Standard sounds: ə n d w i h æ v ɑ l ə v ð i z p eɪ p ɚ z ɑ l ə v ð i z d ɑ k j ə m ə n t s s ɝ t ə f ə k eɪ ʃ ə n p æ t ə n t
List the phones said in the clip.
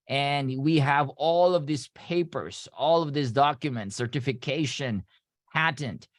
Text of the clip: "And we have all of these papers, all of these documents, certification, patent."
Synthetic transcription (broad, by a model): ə n d w i h æ v ɑ l ə v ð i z p eɪ p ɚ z ɑ l ə v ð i s d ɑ k j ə m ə n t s s ɝ t ə f ə k eɪ ʃ ə n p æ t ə n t